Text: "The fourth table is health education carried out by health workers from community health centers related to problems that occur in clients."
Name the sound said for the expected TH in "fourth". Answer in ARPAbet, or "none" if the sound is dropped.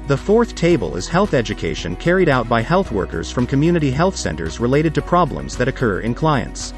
TH